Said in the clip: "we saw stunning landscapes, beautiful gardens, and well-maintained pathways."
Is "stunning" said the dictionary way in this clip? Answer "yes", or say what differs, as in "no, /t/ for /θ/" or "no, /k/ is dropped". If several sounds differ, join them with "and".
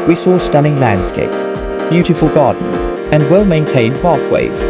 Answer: no, /l/ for /n/